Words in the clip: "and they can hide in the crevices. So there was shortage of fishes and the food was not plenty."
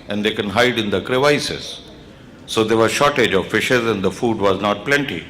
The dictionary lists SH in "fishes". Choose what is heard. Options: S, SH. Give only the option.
SH